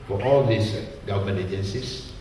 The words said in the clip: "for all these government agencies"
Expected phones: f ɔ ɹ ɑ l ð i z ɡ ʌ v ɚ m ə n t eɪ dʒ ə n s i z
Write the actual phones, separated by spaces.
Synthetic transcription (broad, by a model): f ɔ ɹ ɑ l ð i s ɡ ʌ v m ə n eɪ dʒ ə n s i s